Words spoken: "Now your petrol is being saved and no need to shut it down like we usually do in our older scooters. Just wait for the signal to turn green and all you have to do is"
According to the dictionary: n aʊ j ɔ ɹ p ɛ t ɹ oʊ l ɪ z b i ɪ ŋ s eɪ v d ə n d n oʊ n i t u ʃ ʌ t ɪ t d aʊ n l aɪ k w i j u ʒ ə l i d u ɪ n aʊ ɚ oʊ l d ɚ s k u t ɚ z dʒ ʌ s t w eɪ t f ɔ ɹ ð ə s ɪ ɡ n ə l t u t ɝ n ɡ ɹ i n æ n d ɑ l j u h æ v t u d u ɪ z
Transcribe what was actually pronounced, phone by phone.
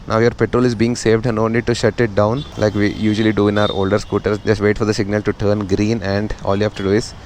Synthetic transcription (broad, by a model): n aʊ j ɔ ɹ p ɛ t ɹ oʊ l ɪ z b i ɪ ŋ s eɪ v d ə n n oʊ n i t u ʃ ʌ t ɪ t d aʊ n l aɪ k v i j u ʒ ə l i d u ɪ n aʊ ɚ oʊ l d ɚ s k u t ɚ s dʒ ʌ s t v eɪ t f ɔ ɹ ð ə s ɪ ɡ n ə l t u t ɝ n ɡ ɹ i n æ n d ɑ l j u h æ f t u d u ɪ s